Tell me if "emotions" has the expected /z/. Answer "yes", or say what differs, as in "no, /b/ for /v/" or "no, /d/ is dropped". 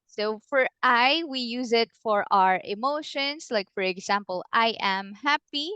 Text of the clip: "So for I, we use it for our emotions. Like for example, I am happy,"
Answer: no, /s/ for /z/